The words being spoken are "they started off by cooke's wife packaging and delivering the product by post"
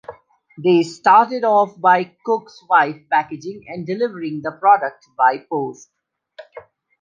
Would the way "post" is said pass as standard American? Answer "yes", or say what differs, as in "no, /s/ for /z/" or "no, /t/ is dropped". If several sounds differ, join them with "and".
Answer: yes